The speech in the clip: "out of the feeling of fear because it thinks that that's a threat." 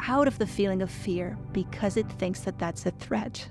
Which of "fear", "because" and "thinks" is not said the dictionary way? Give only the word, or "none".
none